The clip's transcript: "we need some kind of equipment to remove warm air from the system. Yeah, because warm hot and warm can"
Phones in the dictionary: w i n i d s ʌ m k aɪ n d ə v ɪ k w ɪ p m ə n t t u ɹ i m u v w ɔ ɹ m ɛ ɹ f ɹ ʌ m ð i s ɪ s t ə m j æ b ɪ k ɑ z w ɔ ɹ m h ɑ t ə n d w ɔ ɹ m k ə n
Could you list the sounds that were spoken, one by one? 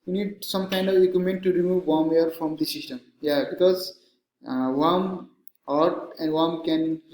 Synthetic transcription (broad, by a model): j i n i d s ʌ m k aɪ n d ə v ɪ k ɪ m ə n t t u ɹ i m u v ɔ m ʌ ɹ f ɹ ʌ m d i s ɪ s t ə m j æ b ɪ k ɑ z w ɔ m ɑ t ə n d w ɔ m k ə n